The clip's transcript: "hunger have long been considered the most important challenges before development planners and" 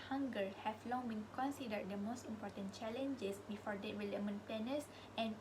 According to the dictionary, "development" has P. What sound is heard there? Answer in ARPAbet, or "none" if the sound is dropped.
none